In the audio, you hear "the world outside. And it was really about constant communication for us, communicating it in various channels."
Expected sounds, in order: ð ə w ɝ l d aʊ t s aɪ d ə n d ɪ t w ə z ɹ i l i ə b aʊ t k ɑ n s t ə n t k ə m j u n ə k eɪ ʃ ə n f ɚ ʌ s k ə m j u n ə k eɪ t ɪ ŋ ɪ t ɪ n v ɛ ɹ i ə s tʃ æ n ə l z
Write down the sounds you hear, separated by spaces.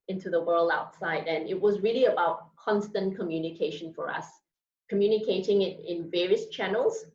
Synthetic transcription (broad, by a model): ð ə w ɝ l d aʊ t s aɪ d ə n ɪ t w ə z ɹ i l i ə b aʊ t k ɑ n s t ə n k ə m j u n ə k eɪ ʃ ə n f ɚ ʌ s k ə m j u n ə k eɪ t ɪ ŋ ɪ t ɪ n v ɛ ɹ i ə s tʃ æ n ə l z